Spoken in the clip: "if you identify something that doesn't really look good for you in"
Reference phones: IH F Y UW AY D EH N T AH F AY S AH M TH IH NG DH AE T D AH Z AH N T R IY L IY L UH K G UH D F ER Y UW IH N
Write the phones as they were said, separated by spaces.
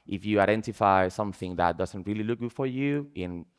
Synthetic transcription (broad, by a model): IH F Y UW AY D EH N T AH F AY S AH M TH IH NG DH AE T D AH Z AH N T R IY L IY L UH K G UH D F ER Y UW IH N